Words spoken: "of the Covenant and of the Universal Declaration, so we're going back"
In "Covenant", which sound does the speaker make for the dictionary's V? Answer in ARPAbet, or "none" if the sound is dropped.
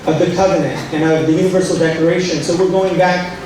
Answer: V